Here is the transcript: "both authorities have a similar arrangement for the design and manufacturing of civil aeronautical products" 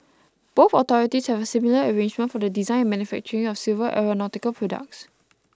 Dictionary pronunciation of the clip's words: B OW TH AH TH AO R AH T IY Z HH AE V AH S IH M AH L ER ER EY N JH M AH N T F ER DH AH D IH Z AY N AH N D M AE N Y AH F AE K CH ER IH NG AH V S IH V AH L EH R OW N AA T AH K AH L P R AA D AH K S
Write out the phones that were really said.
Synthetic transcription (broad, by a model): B OW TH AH T AO R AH T IY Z HH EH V AH S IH M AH L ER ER EY N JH M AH N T F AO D AH D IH Z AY AH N M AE N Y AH F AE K CH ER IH NG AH F S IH V AH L EH R OW N AA T AH K AH L P R AA D AH K S